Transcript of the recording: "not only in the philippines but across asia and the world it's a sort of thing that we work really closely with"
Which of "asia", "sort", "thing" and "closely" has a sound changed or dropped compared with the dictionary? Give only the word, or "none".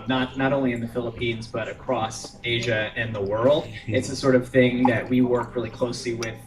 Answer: none